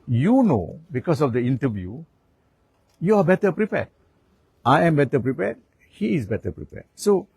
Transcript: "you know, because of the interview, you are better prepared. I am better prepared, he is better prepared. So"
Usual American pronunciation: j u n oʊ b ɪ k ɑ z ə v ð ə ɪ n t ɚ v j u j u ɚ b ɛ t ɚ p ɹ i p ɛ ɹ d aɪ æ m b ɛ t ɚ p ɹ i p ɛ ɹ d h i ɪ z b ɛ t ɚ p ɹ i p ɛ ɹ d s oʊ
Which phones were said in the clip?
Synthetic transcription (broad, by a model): j u n oʊ b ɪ k ɑ s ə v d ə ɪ n t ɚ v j u j u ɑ b ɛ t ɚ p ɹ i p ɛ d aɪ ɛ m b ɛ t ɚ p ɹ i p ɛ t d h i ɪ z b ɛ t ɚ p ɹ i p ɛ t s oʊ